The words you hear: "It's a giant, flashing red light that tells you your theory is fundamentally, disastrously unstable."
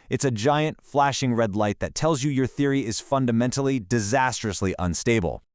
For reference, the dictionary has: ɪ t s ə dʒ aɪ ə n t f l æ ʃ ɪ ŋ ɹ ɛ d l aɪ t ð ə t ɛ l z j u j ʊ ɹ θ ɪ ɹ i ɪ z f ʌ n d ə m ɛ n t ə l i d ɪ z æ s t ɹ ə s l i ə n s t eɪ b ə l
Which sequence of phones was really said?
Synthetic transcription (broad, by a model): ɪ t s ə dʒ aɪ ə n t f l æ ʃ ɪ ŋ ɹ ɛ d l aɪ t ð ə t ɛ l z j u j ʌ ɹ θ ɪ ɹ i ɪ z f ʌ n d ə m ɛ n t l i d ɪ z æ s t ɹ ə s l i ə n s t eɪ b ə l